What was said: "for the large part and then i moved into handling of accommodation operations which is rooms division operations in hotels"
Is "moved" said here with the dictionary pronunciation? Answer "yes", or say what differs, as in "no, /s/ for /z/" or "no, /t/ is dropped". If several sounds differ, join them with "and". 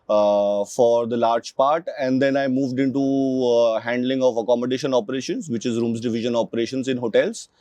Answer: yes